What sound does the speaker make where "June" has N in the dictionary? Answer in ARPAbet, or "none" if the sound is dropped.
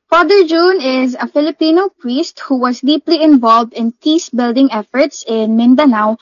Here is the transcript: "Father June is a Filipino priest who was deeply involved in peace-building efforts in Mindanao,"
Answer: N